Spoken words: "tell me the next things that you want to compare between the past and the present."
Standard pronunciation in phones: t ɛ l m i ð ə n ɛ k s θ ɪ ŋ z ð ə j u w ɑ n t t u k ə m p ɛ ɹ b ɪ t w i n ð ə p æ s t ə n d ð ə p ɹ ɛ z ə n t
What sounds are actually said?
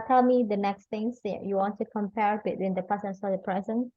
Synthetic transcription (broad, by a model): t ɛ l m i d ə n ɛ k s t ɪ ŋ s j u w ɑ n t t u k ə m p ɛ ɹ b ɪ t w i n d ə p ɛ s ə n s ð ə p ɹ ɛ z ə n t